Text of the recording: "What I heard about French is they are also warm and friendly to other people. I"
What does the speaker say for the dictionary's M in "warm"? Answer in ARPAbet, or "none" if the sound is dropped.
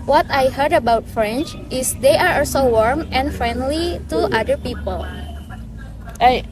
M